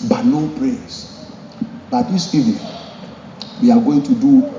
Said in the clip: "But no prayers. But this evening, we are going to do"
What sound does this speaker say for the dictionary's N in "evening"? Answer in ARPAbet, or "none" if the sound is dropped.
none